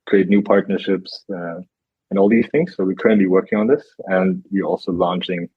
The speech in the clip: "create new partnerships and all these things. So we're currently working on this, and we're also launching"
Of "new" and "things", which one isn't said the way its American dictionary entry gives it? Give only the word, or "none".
none